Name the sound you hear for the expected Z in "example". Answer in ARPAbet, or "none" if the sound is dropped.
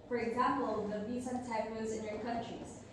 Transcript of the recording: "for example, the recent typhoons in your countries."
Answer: Z